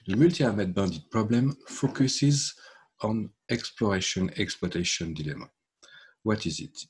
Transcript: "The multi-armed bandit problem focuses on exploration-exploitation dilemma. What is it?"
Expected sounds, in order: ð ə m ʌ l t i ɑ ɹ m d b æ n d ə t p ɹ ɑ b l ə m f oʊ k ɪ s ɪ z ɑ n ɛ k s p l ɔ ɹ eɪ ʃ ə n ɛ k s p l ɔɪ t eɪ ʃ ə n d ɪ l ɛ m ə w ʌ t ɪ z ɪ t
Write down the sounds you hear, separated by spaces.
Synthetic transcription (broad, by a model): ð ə m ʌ l t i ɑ m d b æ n d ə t p ɹ ɑ b l ə m f oʊ k ɪ s ɪ z ɑ n ɛ k s p l ɔ ɹ eɪ ʃ ə n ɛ k s p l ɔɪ t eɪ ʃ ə n d ɪ l ɛ m ə w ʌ t ɪ z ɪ t